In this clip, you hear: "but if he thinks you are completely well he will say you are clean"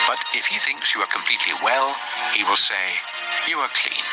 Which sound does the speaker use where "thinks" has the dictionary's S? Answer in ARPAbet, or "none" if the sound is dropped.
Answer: S